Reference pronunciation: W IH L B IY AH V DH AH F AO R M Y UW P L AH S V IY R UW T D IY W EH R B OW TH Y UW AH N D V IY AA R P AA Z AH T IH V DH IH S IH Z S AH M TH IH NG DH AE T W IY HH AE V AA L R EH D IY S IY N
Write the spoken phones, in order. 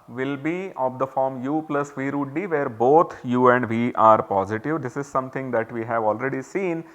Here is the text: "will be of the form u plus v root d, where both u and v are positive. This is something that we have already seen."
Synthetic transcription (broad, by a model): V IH L B IY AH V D AH F AO R M Y UW P L AH S V IY R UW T D IY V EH R B OW T Y UW AH N D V IY AA R P AA Z AH T IH V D IH S IH Z S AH M T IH NG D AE T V IY HH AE V AA L R EH D IY S IY N